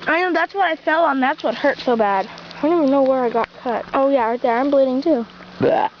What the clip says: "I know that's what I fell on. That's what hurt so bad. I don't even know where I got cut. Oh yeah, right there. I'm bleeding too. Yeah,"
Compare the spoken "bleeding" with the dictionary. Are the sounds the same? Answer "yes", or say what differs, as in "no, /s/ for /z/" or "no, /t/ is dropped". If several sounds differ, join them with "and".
yes